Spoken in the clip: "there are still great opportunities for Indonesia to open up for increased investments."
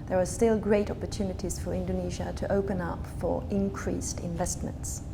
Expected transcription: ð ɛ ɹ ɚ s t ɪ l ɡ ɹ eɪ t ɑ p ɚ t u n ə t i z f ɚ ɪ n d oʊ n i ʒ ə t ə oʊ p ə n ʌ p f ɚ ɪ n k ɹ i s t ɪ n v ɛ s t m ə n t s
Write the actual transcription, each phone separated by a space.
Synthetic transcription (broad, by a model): ð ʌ ɹ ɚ s t ɪ l ɡ ɹ eɪ t ɑ p ɚ t u n ə t i z f ɚ ɪ n d oʊ n i ʒ ə t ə oʊ p ə n ʌ p f ɚ ɪ n k ɹ i s t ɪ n v ɛ s t m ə n t s